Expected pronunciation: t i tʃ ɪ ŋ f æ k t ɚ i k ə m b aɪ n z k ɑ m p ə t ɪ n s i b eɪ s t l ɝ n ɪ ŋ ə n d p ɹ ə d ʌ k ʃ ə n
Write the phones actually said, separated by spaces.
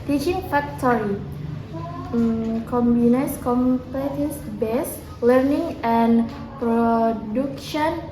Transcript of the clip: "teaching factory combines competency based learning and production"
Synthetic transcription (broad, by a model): t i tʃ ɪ ŋ f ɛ k t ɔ i k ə m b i n s k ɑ m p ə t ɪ s b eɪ s l ɝ n ɪ ŋ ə n p ɹ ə d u k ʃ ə n